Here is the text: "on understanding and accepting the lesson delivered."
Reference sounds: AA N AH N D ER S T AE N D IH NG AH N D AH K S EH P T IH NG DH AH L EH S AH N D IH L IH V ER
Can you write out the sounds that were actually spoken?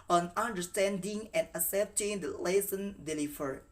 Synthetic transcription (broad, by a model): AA N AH N D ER S T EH N D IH NG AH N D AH S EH P T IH NG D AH L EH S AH N D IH L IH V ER